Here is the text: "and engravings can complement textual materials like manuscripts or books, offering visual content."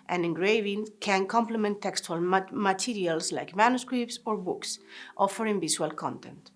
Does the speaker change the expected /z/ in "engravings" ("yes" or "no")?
yes